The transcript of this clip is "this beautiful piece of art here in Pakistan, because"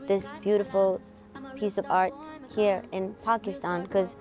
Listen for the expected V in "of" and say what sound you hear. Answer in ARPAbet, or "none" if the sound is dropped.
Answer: V